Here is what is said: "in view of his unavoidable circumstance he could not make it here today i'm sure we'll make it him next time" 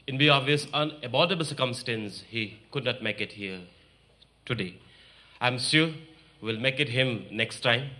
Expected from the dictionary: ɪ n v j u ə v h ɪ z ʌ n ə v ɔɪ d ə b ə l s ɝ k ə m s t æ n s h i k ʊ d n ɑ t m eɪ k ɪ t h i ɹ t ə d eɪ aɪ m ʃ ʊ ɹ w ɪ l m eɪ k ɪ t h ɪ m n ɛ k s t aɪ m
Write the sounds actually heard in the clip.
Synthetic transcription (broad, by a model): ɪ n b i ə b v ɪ s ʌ n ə b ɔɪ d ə b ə l s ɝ k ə m s t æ n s h i k ʊ d n ɑ t m eɪ k ɪ t h i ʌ t ə d eɪ aɪ m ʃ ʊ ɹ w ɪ l m eɪ k ɪ t h ɪ m n ɛ k s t aɪ m